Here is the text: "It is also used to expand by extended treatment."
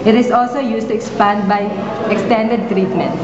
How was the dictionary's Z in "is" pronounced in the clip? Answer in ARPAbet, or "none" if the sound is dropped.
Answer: S